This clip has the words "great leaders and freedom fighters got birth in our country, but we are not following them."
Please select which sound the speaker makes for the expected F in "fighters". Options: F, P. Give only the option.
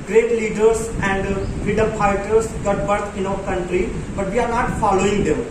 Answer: P